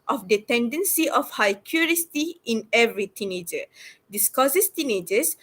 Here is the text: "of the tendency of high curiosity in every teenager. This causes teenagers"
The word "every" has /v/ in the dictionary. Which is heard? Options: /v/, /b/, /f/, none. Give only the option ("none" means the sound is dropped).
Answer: /v/